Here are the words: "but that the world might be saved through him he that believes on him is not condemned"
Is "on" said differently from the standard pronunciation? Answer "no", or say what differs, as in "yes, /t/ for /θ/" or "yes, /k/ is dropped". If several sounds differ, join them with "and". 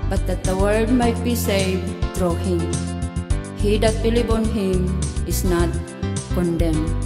no